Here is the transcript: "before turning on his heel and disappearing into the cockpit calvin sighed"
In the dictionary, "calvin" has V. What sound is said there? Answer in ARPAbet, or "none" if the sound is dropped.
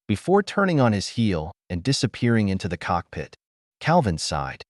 V